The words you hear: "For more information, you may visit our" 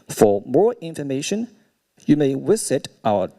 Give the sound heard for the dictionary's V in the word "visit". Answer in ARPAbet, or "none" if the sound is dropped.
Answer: W